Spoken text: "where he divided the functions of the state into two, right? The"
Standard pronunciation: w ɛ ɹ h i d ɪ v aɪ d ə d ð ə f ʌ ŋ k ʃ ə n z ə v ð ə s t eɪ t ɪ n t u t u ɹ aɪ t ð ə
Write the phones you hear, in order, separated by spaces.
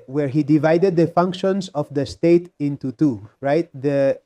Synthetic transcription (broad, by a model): w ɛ ɹ h i d ɪ v aɪ d ə d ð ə f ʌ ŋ k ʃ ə n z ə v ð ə s t eɪ t ɪ n t u t u ɹ aɪ t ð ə